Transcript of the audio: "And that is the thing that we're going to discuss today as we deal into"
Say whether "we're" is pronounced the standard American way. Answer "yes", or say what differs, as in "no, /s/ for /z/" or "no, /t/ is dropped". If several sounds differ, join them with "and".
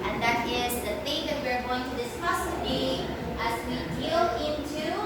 yes